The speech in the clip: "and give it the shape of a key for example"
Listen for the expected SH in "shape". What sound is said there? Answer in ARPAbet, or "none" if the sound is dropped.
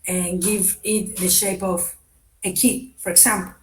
SH